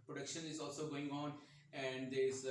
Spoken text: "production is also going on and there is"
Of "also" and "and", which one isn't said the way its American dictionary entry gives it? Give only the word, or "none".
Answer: none